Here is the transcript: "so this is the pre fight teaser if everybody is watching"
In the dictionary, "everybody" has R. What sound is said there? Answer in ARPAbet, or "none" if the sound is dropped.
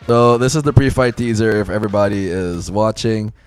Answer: R